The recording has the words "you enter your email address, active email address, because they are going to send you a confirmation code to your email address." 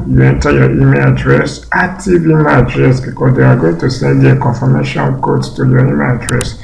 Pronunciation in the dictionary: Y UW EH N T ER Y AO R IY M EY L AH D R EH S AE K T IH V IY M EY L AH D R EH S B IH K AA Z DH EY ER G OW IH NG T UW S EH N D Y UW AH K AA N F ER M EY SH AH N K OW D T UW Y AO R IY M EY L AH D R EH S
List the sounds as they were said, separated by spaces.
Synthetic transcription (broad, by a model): Y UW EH N T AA Y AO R IY M EY L AH D R EH S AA T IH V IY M AH D R EH S B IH K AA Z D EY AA G OW IH NG T UW S EH N D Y AH K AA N F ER M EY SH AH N K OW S T UW Y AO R IY M EY L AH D R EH S